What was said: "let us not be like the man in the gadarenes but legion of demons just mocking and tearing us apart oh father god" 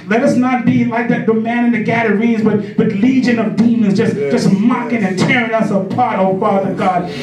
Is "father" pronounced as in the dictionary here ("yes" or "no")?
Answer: yes